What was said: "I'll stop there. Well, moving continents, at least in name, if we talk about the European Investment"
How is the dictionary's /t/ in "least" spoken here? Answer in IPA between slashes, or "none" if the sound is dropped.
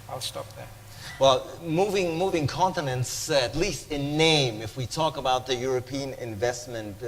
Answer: /t/